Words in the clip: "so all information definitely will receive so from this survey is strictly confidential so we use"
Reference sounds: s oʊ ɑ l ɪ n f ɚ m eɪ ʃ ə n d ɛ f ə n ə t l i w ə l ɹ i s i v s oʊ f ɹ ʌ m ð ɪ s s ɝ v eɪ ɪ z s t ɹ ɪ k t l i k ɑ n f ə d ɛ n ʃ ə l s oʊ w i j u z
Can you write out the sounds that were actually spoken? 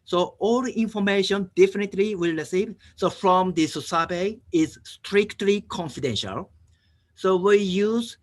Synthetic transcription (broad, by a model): s oʊ ɑ l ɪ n f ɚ m eɪ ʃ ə n d ɛ f ə n ə t l i w ə l ɹ i s i v s oʊ f ɹ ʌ m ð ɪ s s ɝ b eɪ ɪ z s t ɹ ɪ k t l i k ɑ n f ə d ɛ n ʃ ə l s oʊ w i j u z